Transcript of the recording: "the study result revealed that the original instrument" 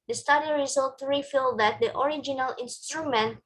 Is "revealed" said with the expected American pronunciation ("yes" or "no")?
no